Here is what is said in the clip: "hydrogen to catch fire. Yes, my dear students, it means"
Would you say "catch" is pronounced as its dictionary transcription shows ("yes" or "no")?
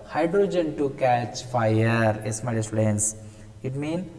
yes